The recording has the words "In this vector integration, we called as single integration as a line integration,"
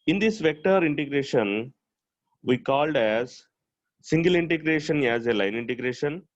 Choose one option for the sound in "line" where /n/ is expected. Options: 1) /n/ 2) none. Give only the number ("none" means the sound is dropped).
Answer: 1